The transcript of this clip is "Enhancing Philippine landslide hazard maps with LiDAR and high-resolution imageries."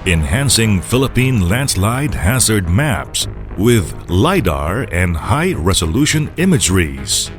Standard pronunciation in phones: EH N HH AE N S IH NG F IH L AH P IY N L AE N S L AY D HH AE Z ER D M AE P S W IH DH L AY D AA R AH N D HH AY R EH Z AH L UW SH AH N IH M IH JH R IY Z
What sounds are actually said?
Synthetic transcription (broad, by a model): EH N HH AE N S IH NG F IH L AH P IY N L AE N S L AY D HH AE Z ER D M AE P S W IH DH L AY D AA R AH N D HH AY R EH Z AH L UW SH AH N IH M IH JH R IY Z